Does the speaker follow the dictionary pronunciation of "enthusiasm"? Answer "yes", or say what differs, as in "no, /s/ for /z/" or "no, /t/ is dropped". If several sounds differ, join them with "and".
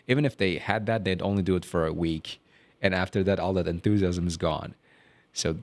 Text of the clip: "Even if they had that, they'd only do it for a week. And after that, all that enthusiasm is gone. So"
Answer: yes